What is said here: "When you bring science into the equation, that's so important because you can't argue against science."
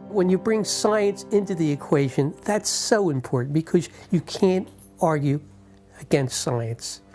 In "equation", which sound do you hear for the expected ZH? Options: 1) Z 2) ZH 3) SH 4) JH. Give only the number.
2